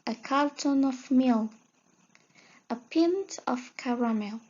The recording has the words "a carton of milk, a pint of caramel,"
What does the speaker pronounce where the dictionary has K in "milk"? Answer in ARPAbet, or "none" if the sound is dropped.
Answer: none